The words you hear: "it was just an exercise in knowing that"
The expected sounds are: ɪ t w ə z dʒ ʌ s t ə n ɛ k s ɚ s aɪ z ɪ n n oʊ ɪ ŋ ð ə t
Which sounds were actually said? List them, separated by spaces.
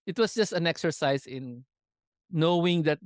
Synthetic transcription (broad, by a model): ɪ t w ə s dʒ ʌ s t ə n ɛ k s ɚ s aɪ s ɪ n n oʊ ɪ ŋ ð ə t